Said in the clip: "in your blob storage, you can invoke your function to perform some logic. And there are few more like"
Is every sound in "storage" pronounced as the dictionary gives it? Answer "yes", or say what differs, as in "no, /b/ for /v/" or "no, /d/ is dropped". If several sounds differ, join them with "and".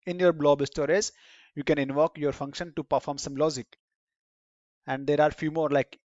no, /z/ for /dʒ/